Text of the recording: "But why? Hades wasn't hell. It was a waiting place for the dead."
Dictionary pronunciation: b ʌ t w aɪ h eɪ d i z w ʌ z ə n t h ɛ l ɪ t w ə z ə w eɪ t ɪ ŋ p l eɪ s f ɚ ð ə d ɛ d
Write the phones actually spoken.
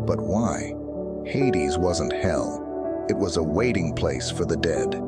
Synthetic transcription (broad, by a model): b ʌ t w aɪ h eɪ d i z w ʌ z ə n t h ɛ l ɪ t w ə z ə w eɪ t ɪ ŋ p l eɪ s f ɚ ð ə d ɛ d